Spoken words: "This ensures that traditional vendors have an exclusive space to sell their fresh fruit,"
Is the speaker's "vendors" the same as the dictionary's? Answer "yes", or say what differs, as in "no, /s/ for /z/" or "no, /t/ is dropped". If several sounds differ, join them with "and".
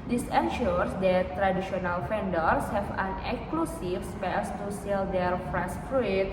no, /f/ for /v/ and /s/ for /z/